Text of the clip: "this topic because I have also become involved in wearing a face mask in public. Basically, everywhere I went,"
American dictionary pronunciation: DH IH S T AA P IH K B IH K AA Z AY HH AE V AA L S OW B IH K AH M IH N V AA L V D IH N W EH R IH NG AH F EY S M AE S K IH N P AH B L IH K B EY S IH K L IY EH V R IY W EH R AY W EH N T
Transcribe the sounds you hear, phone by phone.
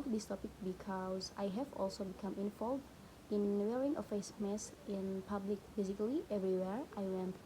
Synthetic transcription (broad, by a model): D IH S T AA P IH K B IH K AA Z AY HH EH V AA L S OW B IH K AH M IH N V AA L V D IH N W EH R IH NG AH F EY S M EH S IH N P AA B L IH K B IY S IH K L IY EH V R IY W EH R AY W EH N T